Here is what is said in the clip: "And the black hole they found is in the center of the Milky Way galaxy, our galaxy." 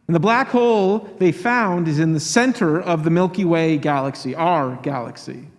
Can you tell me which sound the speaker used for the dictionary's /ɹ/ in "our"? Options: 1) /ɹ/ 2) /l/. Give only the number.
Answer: 1